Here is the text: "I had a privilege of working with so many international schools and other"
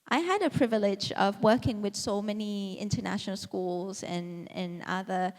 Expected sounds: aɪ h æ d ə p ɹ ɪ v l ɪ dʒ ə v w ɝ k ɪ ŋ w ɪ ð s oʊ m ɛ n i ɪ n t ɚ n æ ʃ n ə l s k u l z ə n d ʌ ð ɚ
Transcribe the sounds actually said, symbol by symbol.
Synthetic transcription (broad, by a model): aɪ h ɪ d ə p ɹ ɪ v l ɪ dʒ ə v w ɝ k ɪ ŋ w ɪ ð s oʊ m ɛ n i ɪ n t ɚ n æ ʃ n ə l s k u l z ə n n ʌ ð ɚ